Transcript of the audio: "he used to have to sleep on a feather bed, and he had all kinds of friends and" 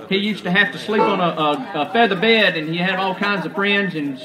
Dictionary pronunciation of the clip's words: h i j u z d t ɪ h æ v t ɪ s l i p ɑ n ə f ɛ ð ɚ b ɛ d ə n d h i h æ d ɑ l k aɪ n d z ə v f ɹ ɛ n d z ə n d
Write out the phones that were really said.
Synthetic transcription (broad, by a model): h i j u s t ɪ h æ f t ɪ s l i p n ə f ɛ ð ɚ b ɛ d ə n i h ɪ d ɑ l k aɪ n d z ə v f ɹ ɛ n d z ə n